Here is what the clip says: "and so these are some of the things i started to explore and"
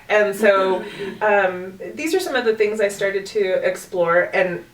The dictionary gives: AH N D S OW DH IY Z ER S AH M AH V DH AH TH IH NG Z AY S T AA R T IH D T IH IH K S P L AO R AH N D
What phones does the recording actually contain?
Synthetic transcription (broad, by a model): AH N S OW DH IY Z ER S AH M AH V DH AH TH IH NG Z AY S T AA R T IH D T IH IH K S P L AO R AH N